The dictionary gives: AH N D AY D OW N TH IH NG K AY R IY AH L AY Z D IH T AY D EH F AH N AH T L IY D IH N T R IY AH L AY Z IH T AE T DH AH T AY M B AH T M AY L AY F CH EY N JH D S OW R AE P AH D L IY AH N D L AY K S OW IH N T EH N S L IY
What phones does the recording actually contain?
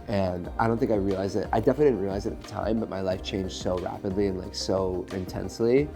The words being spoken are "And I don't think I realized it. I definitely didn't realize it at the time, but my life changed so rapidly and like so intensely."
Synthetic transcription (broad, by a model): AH N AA AY D OW N TH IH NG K AY R IY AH L AY Z IH T AY D EH F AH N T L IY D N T R IY AH L AY Z IH T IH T DH AH T AY M B AH T M AY L AY F CH EY N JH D S OW R AE P AH D L IY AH N L AY K S OW IH N T EH N S L IY